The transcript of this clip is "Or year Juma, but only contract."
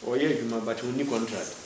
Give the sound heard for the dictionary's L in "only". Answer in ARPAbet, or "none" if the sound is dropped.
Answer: none